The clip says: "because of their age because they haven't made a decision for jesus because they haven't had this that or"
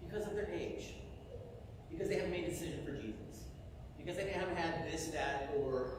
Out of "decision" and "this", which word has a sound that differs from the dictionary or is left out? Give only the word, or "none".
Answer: none